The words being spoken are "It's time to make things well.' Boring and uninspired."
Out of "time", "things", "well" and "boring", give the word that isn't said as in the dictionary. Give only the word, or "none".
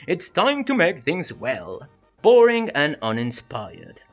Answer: none